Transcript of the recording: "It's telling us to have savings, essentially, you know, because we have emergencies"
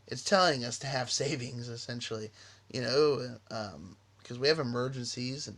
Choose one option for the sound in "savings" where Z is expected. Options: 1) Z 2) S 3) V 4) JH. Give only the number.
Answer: 1